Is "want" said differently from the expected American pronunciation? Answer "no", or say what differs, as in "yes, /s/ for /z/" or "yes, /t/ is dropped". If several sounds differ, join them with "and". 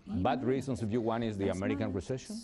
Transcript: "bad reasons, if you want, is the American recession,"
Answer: yes, /t/ is dropped